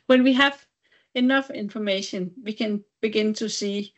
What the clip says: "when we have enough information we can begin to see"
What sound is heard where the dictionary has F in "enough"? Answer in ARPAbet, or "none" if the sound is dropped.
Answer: F